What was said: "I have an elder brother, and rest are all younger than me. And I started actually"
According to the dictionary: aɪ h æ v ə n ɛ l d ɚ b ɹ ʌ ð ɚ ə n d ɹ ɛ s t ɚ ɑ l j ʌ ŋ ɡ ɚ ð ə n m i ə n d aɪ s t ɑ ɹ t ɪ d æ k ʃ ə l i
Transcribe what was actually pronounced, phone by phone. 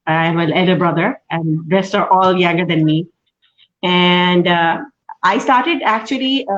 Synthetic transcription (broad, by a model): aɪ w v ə l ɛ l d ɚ b ɹ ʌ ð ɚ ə n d ɹ ɛ s t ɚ ɑ l j ʌ ŋ ɡ ɚ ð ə n m i ə n d aɪ s t ɑ ɹ t ɪ d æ k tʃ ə l i